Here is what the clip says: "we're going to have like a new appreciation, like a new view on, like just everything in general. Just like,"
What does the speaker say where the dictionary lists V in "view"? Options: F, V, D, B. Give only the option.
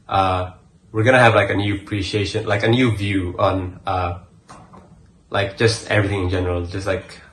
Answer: V